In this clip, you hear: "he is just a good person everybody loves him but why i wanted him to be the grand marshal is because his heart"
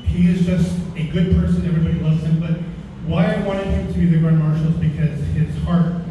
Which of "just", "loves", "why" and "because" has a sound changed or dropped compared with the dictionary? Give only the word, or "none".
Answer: loves